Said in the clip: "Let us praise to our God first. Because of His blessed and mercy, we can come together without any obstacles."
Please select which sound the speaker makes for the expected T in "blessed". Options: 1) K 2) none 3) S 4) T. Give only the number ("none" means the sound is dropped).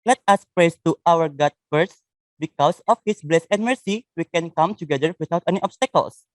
2